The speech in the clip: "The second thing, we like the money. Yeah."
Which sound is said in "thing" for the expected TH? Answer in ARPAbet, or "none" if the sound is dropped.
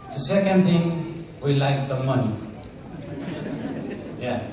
T